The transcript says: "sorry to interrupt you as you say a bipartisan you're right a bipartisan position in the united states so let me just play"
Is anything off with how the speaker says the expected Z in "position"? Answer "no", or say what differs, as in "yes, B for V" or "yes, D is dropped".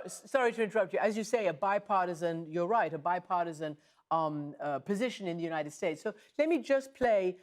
no